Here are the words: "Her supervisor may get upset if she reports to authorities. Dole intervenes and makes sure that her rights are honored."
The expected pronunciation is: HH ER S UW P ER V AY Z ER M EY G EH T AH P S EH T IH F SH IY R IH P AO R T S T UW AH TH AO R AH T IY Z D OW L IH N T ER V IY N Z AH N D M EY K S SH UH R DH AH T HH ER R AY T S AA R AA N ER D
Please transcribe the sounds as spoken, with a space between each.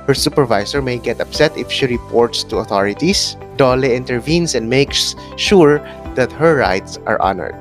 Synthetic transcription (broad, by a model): HH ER S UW P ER V AY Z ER M EY G EH T AH P S EH T IH F SH IY R IH P AO R T S T UW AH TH AO R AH T IY S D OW L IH N T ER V IY N S AH N D M EY K S SH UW R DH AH T HH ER R AY T S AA R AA N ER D